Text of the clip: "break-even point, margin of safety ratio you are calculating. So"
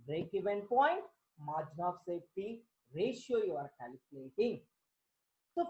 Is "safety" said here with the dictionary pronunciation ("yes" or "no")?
no